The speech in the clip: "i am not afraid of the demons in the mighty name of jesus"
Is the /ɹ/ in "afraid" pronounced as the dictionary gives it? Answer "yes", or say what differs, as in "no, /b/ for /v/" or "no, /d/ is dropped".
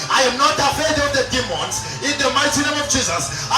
no, /ɹ/ is dropped